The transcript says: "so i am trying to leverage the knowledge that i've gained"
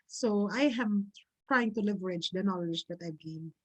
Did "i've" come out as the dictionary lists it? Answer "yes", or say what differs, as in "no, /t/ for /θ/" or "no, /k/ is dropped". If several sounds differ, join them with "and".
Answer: no, /b/ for /v/